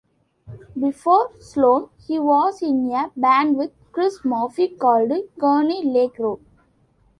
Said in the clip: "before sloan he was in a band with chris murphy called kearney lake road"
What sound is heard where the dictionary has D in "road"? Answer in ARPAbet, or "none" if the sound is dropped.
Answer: none